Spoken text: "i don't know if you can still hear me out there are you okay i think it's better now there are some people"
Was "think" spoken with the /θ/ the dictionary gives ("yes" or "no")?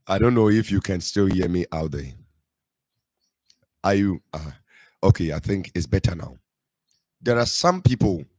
yes